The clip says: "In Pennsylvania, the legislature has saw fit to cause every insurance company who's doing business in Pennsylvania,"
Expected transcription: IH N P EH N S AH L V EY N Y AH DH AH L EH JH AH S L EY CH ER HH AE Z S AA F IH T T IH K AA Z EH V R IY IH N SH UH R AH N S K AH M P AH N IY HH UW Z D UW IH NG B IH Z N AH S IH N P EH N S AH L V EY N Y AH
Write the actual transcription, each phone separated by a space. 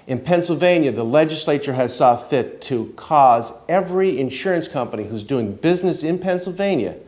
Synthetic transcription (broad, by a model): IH N P EH N S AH L V EY N Y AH DH AH L EH JH AH S L EY CH ER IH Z S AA F IH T T IH K AA Z EH V R IY IH N SH UH R AH N S K AH M P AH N IY HH UW Z D UW IH NG B IH Z N AH S IH N P EH N S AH L V EY N Y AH